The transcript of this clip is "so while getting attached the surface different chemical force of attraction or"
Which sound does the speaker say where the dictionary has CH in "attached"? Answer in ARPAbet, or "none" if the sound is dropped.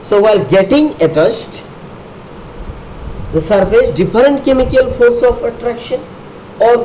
S